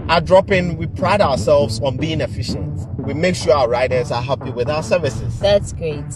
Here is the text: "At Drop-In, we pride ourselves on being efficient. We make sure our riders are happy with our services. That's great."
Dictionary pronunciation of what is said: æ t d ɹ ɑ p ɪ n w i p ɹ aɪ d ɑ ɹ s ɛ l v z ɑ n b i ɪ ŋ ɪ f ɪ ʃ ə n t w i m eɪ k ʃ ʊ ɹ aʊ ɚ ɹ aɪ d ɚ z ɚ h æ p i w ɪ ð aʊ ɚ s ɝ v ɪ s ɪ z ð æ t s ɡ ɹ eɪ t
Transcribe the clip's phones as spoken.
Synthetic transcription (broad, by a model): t d ɹ ɑ p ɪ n w i p ɹ aɪ d ɑ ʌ s ɛ l v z ɑ n b i ɪ ŋ ɪ f ɪ ʃ ə n t w i m eɪ k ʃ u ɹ aʊ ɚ ɹ aɪ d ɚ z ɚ h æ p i w ɪ ð aʊ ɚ s ɝ v ɪ s ɪ z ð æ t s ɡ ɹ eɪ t